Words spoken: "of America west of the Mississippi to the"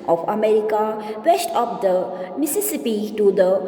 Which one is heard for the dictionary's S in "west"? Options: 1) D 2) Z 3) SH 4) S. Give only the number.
3